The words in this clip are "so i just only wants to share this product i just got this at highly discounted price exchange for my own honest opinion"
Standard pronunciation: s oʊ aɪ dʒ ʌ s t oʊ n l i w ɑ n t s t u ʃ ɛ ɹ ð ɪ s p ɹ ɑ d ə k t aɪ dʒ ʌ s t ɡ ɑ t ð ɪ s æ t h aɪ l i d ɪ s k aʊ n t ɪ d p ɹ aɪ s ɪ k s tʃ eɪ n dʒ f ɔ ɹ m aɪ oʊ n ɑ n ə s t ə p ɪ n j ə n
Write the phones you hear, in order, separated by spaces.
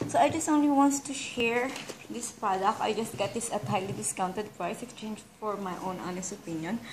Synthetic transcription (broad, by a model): s oʊ aɪ dʒ ʌ s t oʊ n l i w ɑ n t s t u ʃ ɛ ɹ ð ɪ s p ɹ ɑ d ə k t aɪ dʒ ʌ s t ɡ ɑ t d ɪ s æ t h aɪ l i d ɪ s k aʊ n t ɪ d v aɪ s ɪ k s tʃ eɪ n dʒ f ɔ ɹ m aɪ oʊ n ɑ n ə s t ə p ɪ n j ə n